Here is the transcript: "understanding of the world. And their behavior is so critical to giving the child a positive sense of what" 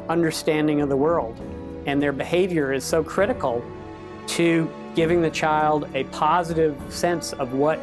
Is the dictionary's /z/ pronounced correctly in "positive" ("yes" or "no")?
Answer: yes